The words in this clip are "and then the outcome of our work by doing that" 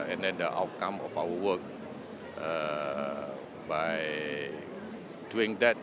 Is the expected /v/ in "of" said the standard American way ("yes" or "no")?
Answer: no